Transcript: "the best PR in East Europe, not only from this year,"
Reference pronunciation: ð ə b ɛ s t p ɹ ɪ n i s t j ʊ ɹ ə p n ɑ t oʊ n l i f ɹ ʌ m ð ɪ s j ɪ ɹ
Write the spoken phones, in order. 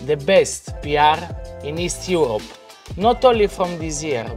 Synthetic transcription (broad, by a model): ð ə b ɛ s t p ɹ ɪ n i s t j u ɹ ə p n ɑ t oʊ l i f ɹ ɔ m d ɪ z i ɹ